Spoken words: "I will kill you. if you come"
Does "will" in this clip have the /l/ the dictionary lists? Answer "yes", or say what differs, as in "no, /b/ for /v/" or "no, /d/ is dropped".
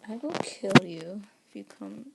no, /n/ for /l/